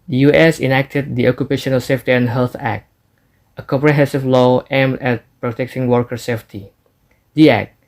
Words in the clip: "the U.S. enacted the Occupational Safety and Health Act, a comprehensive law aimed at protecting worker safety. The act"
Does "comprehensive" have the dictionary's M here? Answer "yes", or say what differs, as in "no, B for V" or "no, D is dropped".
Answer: no, M is dropped